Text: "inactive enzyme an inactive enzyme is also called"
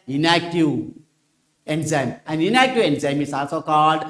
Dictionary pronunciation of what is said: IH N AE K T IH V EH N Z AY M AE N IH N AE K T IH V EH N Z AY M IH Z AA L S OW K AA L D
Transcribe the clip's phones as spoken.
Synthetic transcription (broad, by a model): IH N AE K T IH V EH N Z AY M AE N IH N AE K T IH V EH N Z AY M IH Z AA S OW K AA L D